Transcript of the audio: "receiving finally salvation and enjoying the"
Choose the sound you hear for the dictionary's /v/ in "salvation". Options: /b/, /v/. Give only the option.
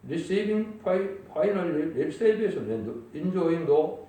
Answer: /b/